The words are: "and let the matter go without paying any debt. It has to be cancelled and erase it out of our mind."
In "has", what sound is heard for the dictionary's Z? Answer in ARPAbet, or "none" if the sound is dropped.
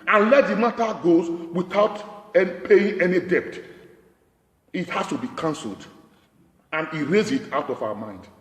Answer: S